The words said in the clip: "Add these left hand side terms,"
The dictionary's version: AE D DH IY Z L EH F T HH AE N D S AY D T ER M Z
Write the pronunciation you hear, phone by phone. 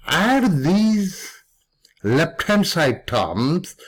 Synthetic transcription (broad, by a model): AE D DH IY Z L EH P T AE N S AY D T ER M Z